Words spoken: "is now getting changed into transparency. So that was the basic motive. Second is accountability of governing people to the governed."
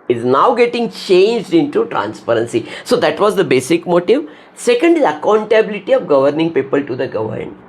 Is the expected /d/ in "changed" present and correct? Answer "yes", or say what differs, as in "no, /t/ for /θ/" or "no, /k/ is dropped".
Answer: yes